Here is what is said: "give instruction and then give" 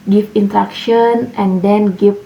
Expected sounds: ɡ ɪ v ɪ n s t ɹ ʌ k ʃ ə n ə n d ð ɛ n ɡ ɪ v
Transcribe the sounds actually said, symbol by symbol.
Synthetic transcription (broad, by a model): ɡ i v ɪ n t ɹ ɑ k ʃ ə n ə n d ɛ n ɡ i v